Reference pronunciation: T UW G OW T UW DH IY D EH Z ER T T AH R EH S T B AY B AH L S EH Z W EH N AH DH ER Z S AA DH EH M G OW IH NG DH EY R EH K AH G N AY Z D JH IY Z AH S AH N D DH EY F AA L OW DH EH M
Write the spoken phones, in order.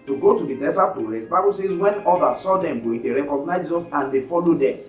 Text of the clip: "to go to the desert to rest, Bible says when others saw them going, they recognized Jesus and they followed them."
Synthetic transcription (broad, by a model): T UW G OW T UW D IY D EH S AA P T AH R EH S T B AY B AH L S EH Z W EH N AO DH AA S AA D EH M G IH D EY R EH K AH G N AY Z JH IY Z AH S AH N D EY F AA L OW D EH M